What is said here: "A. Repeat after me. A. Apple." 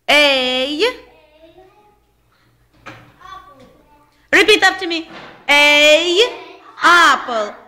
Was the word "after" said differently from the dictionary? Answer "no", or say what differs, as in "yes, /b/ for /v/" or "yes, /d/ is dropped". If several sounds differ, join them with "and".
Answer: yes, /p/ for /f/